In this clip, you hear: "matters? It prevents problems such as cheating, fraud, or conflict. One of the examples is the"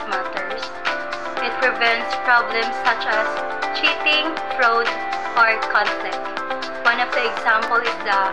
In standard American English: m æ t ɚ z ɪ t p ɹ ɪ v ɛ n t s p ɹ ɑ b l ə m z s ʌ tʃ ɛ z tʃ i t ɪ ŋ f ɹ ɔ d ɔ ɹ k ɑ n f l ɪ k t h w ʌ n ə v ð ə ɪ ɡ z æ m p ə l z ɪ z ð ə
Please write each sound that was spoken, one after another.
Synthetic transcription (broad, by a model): m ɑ t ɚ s ɪ t p ɹ ɪ v ɛ n t s p ɹ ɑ b l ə m s ʌ tʃ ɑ s tʃ i t ɪ ŋ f ɹ ɔ d ɔ ɹ k ɑ n f l ɪ k t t w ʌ n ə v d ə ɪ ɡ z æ m p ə l ɪ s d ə